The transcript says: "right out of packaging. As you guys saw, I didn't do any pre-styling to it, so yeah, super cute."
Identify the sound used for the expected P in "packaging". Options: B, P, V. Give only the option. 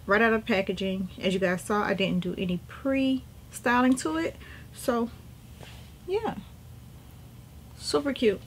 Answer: P